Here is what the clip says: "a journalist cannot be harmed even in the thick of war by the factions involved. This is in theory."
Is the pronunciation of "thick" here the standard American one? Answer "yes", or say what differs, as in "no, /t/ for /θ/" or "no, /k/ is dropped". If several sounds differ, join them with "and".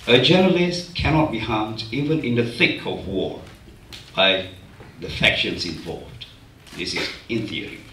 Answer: yes